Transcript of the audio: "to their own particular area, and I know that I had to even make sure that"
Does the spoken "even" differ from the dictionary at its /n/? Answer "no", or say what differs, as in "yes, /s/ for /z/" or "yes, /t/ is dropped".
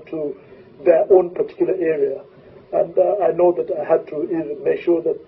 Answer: no